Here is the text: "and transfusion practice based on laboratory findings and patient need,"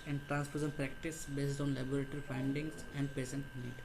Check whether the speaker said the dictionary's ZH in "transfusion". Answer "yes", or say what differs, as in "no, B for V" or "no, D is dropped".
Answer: no, S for ZH